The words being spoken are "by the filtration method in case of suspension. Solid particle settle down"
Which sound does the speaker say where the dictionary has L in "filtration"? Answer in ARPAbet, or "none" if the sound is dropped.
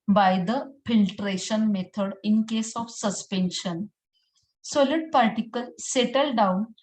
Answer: L